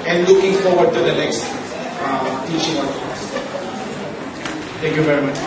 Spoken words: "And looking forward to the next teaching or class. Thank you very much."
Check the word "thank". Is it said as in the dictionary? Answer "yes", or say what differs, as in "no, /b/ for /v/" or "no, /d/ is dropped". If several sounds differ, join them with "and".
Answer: no, /t/ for /θ/